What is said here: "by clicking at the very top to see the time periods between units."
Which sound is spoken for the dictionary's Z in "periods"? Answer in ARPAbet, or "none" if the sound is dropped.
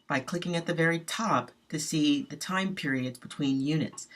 Z